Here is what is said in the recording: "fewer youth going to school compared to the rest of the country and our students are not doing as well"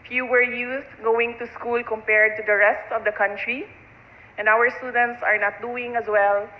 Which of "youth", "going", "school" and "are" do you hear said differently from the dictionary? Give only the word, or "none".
youth